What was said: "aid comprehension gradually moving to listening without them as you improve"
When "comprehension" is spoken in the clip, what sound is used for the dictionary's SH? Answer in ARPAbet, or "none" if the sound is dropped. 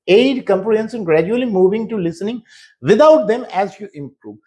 S